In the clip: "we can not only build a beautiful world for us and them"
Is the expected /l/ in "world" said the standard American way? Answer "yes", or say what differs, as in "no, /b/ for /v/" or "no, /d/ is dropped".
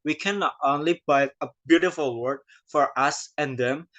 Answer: no, /l/ is dropped